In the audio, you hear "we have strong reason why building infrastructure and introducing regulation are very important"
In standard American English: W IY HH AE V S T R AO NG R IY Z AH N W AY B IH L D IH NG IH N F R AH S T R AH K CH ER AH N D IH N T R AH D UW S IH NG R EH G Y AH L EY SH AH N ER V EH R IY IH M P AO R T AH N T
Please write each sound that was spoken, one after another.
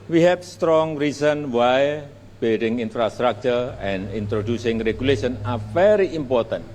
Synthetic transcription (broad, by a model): W IY HH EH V S T R AO NG R IY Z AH N W AY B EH D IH NG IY N F R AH S T R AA K CH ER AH N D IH N T R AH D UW S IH NG R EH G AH L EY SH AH N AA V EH R IY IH M P AO R T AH N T